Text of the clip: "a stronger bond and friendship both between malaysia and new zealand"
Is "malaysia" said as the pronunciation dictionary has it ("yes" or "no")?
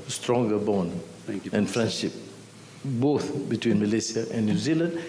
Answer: no